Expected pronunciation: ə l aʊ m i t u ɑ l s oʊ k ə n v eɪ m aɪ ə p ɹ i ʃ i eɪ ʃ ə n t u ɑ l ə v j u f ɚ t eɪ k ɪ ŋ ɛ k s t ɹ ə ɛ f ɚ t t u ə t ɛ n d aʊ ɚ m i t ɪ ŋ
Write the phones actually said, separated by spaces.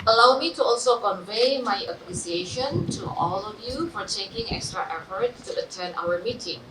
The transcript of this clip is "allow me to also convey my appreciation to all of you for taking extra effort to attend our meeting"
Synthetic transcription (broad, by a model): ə l aʊ m i t u ɑ l s oʊ k ə n v eɪ m aɪ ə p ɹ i s i eɪ ʃ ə n t u ɑ l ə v j u f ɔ t eɪ k ɪ ŋ ɛ k s t ɹ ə ɛ f ɚ t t u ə t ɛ n aʊ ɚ m i t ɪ ŋ